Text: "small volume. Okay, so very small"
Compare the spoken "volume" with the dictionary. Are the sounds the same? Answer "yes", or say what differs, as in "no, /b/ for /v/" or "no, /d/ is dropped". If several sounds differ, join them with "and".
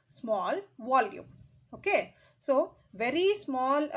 yes